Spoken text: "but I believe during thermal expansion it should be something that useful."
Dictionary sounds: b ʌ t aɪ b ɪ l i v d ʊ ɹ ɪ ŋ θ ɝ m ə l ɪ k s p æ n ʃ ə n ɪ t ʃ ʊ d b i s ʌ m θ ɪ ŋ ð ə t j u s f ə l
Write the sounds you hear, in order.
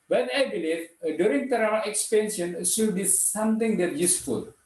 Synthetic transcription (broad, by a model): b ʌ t aɪ b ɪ l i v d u ɹ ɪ ŋ t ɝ ə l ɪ k s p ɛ n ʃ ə ɪ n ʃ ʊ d b i s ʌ m t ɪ ŋ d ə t j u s f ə l